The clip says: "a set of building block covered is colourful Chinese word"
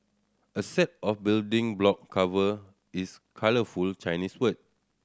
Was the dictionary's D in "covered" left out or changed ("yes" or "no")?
yes